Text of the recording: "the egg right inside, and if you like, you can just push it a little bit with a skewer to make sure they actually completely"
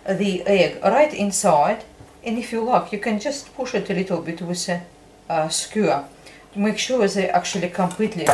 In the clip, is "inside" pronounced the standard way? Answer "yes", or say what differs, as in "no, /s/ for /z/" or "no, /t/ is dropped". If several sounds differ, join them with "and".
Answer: yes